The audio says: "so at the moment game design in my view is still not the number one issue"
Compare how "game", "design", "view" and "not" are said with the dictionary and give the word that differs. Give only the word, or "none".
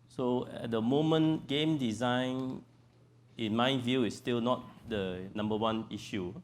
none